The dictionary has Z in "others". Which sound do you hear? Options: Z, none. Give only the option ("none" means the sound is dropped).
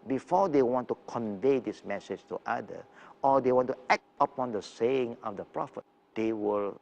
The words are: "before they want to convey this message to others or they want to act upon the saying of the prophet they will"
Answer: none